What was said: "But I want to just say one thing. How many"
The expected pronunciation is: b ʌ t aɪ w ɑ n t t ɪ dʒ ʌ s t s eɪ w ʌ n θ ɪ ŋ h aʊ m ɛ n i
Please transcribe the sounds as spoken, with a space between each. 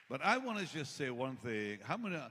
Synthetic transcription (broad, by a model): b ʌ t aɪ w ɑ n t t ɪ dʒ ʌ s t s eɪ w ʌ n θ ɪ ŋ h aʊ m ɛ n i